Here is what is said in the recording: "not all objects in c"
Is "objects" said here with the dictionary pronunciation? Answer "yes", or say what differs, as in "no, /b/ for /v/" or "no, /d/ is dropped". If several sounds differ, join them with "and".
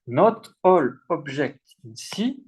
no, /ʒ/ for /dʒ/ and /s/ is dropped